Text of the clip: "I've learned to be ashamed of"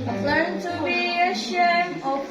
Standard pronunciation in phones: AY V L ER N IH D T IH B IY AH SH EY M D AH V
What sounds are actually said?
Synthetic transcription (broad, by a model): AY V L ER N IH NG T IH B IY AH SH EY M AH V